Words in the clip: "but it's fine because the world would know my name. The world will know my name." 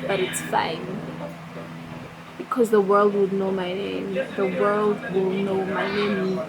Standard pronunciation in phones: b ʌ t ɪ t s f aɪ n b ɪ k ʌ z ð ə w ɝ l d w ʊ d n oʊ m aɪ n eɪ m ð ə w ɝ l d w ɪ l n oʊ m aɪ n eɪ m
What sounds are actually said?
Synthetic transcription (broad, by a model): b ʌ t ɪ t s f aɪ n b ɪ k ʌ z ð ə w ɝ l d w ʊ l n oʊ m aɪ n eɪ m ð ə w ɝ l d w ɪ l n oʊ m aɪ n eɪ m